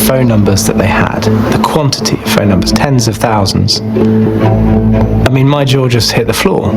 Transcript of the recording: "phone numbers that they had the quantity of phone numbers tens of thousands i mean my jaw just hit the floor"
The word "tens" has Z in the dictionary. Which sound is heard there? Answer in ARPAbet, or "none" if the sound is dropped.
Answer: Z